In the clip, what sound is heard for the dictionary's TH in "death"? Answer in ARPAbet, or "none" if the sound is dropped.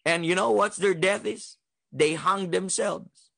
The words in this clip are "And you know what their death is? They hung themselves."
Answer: TH